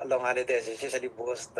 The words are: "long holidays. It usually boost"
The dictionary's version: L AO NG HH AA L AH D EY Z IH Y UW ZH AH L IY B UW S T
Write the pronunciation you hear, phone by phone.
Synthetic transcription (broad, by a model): L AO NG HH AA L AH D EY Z IH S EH S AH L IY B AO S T